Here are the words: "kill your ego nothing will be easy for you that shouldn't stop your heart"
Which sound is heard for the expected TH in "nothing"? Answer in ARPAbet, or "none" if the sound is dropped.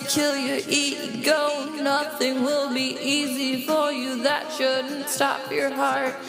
TH